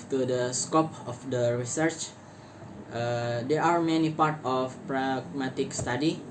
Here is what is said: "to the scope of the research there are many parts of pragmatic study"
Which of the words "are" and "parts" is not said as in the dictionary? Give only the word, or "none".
parts